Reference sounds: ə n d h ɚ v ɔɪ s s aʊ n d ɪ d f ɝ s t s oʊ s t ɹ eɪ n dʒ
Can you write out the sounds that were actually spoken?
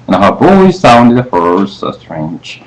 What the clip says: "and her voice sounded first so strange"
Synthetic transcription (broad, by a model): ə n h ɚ b ɔɪ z s aʊ n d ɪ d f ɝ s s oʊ s t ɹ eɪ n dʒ